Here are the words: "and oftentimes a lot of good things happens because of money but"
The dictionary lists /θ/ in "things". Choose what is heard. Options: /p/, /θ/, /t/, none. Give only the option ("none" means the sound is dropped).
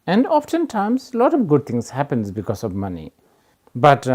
/t/